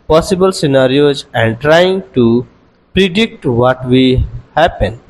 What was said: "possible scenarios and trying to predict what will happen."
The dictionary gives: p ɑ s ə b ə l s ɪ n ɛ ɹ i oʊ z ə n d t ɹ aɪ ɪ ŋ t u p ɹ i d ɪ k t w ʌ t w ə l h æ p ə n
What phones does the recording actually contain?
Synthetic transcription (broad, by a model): p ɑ s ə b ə l s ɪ n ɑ ɹ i oʊ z ə n d t ɹ aɪ ɪ ŋ t u p ɹ i d ɪ k t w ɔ t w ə h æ p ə n